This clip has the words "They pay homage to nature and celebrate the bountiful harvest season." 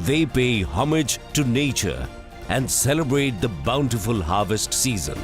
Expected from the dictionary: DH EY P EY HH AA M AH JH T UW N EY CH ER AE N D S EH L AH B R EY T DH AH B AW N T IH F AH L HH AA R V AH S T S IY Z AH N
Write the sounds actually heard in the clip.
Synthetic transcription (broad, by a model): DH EY P EY HH AA M AH JH T UW N EY CH ER AE N D S EH L AH B R EY T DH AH B AW N T IH F AH L HH AA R V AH S T S IY Z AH N